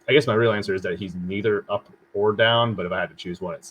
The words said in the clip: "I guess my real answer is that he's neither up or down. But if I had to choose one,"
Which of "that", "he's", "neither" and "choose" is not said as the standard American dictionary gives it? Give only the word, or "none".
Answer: none